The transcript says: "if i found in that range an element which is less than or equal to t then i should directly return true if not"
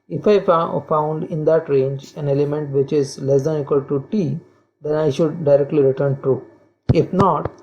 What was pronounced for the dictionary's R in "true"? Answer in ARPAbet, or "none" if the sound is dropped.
none